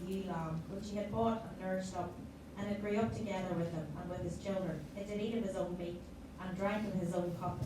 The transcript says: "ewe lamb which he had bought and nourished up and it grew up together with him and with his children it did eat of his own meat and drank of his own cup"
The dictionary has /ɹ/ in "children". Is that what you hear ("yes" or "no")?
yes